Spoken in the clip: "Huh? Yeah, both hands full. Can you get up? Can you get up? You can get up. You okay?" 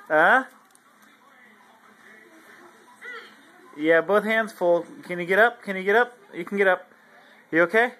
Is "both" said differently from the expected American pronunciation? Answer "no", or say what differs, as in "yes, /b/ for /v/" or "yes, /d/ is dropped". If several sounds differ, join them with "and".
no